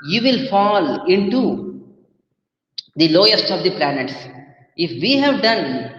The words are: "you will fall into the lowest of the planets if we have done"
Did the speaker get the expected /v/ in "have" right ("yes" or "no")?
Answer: yes